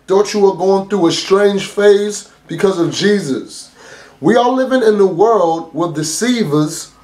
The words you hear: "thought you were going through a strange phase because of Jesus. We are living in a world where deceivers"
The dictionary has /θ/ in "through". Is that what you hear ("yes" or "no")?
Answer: yes